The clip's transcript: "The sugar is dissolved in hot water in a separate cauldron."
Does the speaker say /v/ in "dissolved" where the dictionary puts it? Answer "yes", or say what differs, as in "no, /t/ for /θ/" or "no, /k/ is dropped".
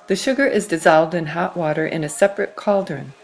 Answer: yes